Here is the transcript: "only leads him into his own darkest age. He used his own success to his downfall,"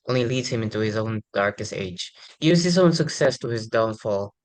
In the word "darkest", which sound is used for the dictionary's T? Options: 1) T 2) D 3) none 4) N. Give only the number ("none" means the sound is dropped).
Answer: 1